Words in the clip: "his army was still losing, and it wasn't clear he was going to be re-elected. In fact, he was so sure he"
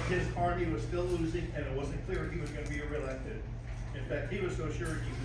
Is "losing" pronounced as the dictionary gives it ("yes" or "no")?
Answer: yes